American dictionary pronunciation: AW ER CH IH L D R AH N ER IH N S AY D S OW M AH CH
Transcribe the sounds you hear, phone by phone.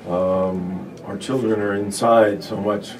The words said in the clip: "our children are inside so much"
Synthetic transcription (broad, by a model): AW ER CH IH L D R AH N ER IH N S AY D S OW M AH CH